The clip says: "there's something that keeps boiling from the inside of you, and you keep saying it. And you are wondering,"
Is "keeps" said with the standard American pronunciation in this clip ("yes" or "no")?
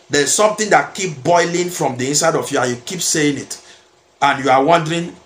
no